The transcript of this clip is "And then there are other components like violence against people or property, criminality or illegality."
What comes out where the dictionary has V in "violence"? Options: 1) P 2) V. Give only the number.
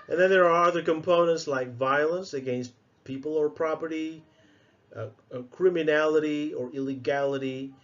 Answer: 2